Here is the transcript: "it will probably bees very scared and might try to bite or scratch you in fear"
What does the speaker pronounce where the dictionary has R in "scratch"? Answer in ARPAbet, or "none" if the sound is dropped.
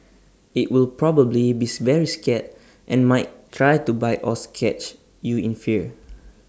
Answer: none